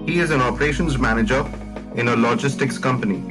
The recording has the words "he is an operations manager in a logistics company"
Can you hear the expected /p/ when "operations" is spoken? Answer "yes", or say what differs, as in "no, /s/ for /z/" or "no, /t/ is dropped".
yes